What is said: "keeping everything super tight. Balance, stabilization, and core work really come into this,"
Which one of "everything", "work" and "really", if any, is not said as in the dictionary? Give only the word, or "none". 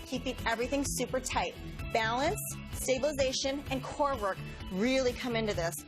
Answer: none